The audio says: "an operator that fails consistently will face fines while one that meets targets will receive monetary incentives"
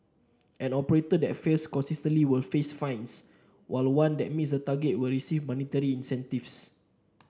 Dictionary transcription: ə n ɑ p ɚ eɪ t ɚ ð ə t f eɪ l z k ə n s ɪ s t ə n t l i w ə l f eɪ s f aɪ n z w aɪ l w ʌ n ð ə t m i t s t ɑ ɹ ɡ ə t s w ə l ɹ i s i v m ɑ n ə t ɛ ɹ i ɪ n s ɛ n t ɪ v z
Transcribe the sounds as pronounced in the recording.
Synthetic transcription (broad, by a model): ə n ɑ p ɚ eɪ t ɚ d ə t f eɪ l s k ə n s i s t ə n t l i w ə l f eɪ s f aɪ n s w aɪ l w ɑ n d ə t m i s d t ɑ ɡ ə t w ə l ɹ i s i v m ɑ n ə t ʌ ɹ i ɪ n s ɛ n t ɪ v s